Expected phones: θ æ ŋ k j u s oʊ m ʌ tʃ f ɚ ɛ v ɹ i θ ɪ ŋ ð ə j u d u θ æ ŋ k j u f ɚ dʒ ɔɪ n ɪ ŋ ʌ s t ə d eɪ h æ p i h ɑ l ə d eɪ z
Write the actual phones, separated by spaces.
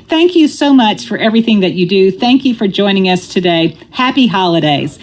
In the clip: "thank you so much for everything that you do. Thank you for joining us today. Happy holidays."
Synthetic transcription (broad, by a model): θ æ ŋ k j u s oʊ m ʌ tʃ f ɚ ɛ v ɹ i θ ɪ ŋ ð ə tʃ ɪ d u θ æ ŋ k j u f ɚ dʒ ɔɪ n ɪ ŋ ʌ s t ə d eɪ h æ p i h ɑ l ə d eɪ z